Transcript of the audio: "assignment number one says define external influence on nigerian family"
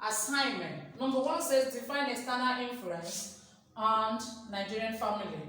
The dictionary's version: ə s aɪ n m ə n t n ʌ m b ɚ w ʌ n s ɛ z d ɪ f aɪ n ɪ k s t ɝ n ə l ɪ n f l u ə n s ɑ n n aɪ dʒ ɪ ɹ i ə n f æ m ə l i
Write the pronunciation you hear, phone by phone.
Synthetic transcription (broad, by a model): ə s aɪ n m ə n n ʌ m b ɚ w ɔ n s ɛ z d ɪ f aɪ n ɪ s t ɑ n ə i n f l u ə n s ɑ n n aɪ dʒ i ɹ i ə n f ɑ m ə l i